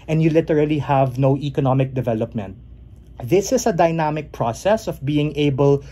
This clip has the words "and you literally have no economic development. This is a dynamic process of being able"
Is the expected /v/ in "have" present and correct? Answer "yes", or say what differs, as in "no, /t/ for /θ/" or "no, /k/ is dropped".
yes